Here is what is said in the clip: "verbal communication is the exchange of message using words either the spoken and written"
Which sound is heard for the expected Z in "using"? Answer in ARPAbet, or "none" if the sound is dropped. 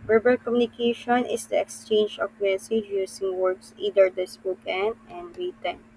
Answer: S